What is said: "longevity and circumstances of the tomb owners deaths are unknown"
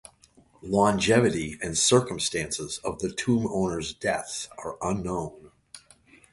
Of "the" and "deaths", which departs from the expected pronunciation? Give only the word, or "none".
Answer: deaths